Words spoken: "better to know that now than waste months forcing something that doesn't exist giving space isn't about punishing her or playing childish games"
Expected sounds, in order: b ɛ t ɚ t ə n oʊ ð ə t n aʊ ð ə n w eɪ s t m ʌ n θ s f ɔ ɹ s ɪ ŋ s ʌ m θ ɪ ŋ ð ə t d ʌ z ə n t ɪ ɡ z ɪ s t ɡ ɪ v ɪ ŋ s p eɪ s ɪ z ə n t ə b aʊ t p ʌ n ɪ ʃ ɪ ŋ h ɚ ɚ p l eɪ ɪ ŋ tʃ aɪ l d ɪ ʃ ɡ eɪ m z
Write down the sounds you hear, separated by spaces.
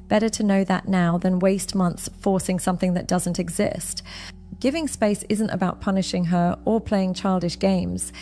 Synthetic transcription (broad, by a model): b ɛ t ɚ t ə n oʊ ð ə t n aʊ ð ə n w eɪ s t m ʌ n θ s f ɔ ɹ s ɪ ŋ s ʌ m θ ɪ ŋ ð ə t d ʌ z ə n t ɪ ɡ z ɪ s t ɡ ɪ v ɪ ŋ s p eɪ s ɪ z ə n t ə b aʊ t p ʌ n ɪ ʃ ɪ ŋ ɚ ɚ p l eɪ ɪ ŋ tʃ aɪ l d ɪ ʃ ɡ eɪ m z